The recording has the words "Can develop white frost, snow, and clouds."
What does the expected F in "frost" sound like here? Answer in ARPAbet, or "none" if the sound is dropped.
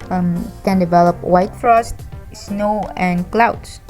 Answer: F